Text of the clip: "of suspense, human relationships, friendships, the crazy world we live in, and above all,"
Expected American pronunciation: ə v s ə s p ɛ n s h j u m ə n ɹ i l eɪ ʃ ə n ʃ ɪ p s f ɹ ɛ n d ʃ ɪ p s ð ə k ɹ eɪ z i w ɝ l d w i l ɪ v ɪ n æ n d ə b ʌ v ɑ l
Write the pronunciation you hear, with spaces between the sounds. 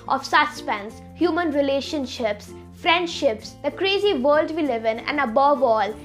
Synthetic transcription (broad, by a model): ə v s ə s p ɛ n s h j u m ə n ɹ i l eɪ ʃ ə n ʃ ɪ p s f ɹ ɛ n d ʃ ɪ p s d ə k ɹ eɪ z i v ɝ l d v i l ɪ v ɪ n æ n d ə b ʌ v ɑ l